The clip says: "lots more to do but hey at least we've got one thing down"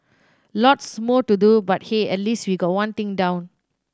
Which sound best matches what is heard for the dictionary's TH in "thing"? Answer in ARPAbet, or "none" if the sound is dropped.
T